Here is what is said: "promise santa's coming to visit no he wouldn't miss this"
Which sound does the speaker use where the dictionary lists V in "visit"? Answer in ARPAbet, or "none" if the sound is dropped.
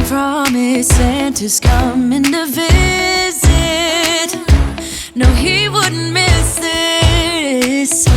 V